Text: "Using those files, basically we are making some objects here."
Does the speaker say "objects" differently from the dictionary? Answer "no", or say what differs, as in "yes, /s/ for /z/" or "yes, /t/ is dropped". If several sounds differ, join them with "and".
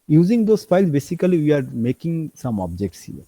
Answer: no